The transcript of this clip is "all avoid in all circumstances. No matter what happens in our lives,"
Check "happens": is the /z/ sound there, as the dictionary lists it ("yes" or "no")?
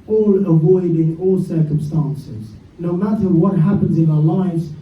yes